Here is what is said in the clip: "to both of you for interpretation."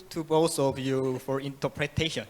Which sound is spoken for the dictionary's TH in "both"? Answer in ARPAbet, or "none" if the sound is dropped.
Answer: S